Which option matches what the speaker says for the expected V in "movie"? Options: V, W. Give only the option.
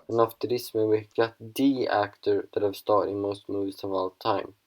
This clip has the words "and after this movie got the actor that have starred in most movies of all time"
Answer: W